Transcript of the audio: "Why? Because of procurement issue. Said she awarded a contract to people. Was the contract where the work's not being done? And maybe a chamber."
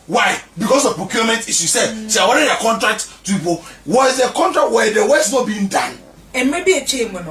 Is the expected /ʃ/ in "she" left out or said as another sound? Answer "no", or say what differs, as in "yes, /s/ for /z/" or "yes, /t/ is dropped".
yes, /s/ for /ʃ/